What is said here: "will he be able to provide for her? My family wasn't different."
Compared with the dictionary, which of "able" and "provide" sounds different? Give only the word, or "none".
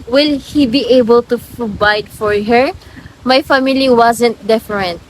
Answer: provide